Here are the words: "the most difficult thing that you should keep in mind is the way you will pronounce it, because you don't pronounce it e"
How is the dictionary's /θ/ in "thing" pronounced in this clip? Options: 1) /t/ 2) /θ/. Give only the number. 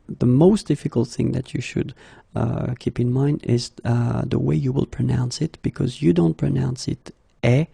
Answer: 2